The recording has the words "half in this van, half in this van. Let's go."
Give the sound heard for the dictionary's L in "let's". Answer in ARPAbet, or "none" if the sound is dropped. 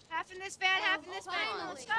W